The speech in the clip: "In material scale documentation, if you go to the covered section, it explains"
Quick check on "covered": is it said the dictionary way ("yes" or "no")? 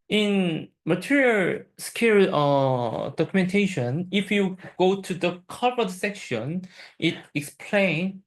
no